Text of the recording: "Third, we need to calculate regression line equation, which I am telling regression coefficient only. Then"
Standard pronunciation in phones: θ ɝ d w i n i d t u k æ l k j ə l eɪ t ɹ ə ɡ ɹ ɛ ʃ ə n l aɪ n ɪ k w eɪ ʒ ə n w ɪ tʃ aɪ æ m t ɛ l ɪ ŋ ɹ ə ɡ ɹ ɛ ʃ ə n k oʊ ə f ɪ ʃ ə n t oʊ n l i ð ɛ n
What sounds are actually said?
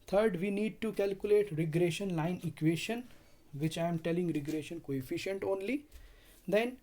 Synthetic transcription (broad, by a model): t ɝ d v i n i d t u k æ l k j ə l eɪ t ɹ ə ɡ ɹ ɛ ʃ ə n l aɪ n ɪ k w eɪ ʃ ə n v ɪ tʃ aɪ m t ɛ l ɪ ŋ ɹ ə ɡ ɹ ɛ ʃ ə n k oʊ ə f ɪ ʃ ə n t oʊ n l i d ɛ n